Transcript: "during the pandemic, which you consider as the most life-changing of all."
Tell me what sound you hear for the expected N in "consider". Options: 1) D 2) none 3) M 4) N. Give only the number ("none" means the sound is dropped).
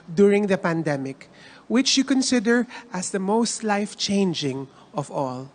4